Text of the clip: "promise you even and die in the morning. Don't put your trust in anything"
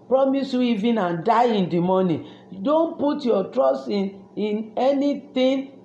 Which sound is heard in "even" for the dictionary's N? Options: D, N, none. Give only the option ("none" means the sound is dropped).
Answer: N